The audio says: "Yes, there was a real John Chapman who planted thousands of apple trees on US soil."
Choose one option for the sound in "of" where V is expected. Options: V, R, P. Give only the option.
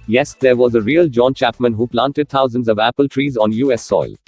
V